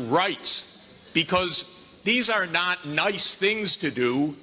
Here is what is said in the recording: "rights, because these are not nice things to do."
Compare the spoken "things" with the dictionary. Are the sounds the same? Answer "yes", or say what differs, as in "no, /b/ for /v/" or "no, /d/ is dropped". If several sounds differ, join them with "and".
yes